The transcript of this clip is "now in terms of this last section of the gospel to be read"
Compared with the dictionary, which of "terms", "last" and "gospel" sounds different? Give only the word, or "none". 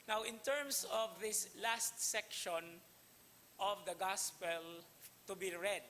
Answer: terms